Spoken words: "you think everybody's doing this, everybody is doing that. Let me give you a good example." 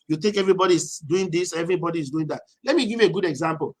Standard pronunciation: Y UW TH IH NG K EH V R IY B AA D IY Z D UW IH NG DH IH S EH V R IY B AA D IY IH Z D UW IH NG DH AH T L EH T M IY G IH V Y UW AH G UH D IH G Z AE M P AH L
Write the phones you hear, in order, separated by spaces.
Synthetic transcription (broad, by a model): Y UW T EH K EH V R IY B AA D IY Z D UW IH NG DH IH S EH V R IY B AA D IY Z D UW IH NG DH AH T L EH T M IY G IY V Y UW AH G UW D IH G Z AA M P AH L